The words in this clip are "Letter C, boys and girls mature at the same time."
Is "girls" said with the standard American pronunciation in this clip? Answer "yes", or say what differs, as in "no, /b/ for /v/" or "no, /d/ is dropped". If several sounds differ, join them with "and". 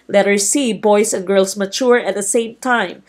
no, /s/ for /z/